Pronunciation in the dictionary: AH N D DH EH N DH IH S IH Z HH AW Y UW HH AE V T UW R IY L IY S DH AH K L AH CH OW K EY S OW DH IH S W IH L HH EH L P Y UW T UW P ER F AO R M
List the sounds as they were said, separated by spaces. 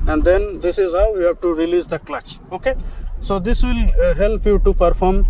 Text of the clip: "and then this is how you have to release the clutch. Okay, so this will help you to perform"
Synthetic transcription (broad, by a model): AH N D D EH N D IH S IH Z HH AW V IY HH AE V T UW R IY L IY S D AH K L AH CH OW K EY S OW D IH S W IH L HH EH L P Y UW T UW P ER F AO R M